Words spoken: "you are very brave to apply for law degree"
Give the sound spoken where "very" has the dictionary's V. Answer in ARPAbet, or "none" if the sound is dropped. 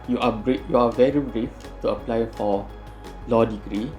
V